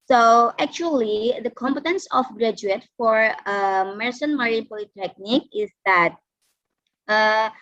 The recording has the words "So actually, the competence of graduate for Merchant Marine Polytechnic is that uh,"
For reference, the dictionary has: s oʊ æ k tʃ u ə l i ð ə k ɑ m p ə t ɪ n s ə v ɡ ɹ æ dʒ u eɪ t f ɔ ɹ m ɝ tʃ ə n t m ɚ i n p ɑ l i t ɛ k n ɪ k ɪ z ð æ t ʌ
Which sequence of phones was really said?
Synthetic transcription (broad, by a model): s oʊ æ k tʃ u ə l i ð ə k ɑ m p ə t ɪ n s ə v ɡ ɹ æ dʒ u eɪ t f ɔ ɹ m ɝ s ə n m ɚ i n p ɑ l i t ɛ k n ɪ k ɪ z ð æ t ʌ